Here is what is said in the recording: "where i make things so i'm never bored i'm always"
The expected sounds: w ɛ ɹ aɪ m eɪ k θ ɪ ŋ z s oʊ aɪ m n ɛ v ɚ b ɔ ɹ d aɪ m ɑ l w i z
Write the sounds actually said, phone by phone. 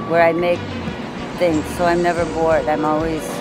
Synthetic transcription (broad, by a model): w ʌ ɹ aɪ m eɪ k θ ɪ ŋ z s oʊ aɪ m n ɛ v ɚ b ɔ ɹ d aɪ m ɑ l w i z